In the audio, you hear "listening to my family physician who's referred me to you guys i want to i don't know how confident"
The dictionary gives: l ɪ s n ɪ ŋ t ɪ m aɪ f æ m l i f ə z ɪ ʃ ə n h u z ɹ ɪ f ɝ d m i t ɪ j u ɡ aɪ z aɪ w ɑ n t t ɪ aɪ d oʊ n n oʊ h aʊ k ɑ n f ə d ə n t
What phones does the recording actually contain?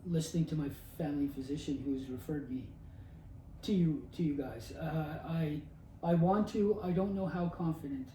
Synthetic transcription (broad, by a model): l ɪ s n ɪ ŋ t ɪ m aɪ f æ m l i f ə z ɪ ʃ ə n h u z ɹ ɪ f ɝ d m i t ɪ j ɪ ɡ aɪ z aɪ w ɑ n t t ɪ aɪ d oʊ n n oʊ h aʊ k ɑ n f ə d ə n t